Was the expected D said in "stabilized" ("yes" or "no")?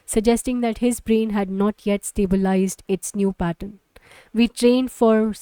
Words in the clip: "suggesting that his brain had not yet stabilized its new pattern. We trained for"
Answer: yes